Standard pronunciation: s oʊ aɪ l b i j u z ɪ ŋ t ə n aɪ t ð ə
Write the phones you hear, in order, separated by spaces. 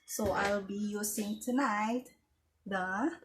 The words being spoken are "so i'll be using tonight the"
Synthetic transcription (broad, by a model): s oʊ aɪ l b i j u s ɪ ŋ t ə n aɪ t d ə